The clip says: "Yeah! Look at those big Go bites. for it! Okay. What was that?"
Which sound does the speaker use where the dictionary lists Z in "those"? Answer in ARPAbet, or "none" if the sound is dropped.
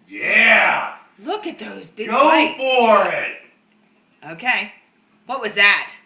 Z